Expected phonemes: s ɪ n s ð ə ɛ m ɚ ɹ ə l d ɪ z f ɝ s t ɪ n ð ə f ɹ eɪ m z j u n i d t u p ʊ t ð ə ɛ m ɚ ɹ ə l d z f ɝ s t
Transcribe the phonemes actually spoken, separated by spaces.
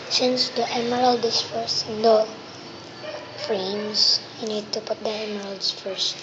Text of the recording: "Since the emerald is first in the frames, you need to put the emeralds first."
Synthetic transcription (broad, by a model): s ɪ n s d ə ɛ m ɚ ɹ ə l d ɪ s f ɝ s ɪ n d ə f ɹ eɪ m s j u n i d t u p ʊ t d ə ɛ m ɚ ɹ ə l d s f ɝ s